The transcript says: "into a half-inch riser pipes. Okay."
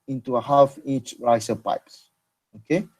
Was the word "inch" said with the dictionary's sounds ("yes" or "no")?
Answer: no